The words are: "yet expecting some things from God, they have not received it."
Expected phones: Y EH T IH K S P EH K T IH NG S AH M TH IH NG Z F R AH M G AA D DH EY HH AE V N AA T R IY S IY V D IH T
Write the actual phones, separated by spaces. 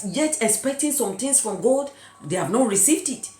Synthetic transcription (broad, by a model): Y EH T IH K S P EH K T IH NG S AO M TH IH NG S F R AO M G AA D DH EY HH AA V N AA T R IY S IY V D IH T